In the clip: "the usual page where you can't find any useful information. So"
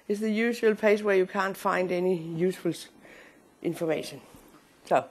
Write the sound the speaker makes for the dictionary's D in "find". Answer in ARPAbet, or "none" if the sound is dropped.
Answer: D